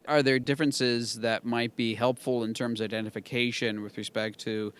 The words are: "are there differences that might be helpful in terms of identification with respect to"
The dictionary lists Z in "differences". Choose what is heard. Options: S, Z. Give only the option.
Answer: Z